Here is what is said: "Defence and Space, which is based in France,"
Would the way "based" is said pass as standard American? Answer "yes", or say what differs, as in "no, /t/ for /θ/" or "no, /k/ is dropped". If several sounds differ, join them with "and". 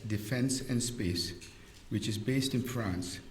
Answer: yes